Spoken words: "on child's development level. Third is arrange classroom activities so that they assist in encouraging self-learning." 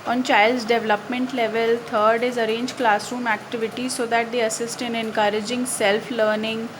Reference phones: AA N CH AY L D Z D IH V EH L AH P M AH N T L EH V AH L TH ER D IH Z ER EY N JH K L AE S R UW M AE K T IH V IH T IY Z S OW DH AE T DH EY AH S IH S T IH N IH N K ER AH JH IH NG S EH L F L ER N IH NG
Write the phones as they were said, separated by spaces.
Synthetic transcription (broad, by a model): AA N CH AY L D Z D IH V L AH P M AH N T L EH V AH L T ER D IH Z ER EY N JH K L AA S R UW M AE K T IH V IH T IY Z S OW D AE T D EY AH S IH S T IH N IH N K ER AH JH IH NG S EH L F L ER N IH NG